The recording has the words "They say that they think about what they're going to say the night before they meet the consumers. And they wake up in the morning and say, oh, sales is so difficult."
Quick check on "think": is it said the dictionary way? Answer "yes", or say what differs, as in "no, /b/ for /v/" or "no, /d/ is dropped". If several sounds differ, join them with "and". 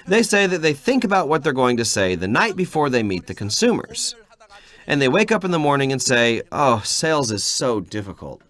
yes